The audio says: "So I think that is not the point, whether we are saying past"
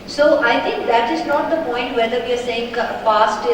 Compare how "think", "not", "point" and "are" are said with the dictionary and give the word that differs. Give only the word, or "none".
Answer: think